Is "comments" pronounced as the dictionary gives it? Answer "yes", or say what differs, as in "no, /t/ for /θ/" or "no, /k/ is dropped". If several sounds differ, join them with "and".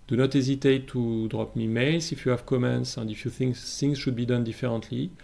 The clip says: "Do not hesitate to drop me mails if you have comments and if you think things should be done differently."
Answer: yes